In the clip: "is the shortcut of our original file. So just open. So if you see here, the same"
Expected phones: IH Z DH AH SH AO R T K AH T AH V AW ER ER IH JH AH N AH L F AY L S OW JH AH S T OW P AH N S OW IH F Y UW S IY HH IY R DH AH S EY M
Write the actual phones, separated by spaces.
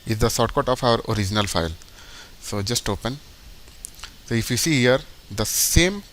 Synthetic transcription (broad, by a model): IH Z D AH S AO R T K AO T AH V AW ER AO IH JH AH N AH L F AY L S OW JH AH S T OW P AH N S OW IH F Y UW S IY HH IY R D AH S EY M